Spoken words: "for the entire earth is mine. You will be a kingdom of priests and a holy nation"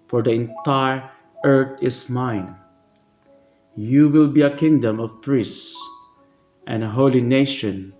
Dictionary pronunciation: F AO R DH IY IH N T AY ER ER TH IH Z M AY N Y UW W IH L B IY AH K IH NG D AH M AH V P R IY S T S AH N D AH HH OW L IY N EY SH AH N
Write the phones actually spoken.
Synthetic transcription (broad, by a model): F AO R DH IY IH N T AY ER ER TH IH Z M AY N Y UW W IH L B IY AH K IH NG D AH M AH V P R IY S S S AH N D AH HH OW L IY N EY SH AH N